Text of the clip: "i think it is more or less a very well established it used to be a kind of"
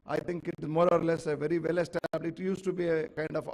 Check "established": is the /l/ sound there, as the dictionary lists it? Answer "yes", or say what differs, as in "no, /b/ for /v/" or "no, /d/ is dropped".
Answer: no, /l/ is dropped